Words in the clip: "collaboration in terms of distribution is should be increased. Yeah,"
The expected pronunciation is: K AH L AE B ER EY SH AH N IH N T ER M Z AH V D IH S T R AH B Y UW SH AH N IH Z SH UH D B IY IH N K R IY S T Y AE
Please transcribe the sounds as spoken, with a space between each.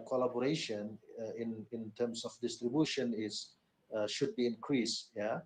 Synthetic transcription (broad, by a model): K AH L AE B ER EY SH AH N IH N T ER M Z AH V D IH S T R AH B Y UW SH AH N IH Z SH UH D B IY IH N K R IY S T Y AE